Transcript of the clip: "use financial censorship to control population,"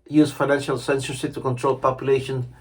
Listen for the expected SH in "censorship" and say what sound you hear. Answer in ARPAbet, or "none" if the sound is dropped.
S